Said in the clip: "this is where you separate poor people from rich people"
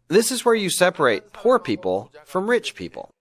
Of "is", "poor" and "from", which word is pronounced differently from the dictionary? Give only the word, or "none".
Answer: none